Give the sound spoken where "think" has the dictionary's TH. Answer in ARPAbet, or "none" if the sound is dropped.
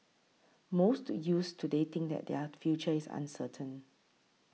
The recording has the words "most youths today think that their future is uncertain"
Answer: T